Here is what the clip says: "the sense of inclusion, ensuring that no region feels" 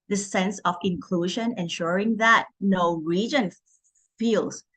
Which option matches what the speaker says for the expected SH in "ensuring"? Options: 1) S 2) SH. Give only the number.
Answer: 2